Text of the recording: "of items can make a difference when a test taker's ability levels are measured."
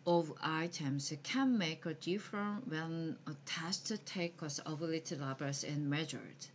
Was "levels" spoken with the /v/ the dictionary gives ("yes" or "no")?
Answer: no